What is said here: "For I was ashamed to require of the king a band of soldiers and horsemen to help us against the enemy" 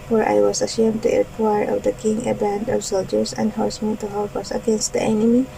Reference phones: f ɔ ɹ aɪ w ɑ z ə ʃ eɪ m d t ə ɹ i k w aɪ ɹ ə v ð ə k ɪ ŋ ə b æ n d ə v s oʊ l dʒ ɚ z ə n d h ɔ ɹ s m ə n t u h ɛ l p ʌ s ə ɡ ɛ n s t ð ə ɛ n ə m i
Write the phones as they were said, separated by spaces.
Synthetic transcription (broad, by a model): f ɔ ɹ aɪ w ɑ s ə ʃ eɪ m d t ə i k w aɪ ɹ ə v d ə k ɪ ŋ ə b æ n d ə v s oʊ l dʒ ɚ s ə n d h ɔ ɹ s m ə n t u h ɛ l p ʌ s ə ɡ ɛ n s t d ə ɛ n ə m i